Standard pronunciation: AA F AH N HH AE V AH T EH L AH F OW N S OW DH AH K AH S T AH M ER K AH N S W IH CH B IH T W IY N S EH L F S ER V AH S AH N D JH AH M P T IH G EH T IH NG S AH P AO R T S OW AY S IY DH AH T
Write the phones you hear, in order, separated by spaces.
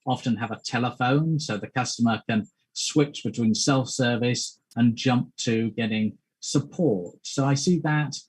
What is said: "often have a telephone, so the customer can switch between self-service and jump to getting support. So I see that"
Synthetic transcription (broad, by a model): AA F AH N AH V AH T EH L AH F OW N S OW DH AH K AH S T AH M ER K AH N S W IH CH B IH T W IY N S EH L F S ER V AH S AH N JH AH M P T IH G EH T IH NG S AH P AO R T S OW AY S IY DH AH T